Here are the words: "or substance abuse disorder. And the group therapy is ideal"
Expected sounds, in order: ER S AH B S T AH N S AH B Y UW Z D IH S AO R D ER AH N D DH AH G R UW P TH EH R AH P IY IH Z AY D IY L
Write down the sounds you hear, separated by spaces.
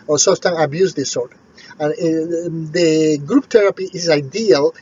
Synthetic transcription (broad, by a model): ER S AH S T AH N AH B Y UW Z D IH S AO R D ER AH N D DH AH G R UW P T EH R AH P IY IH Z AY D IY L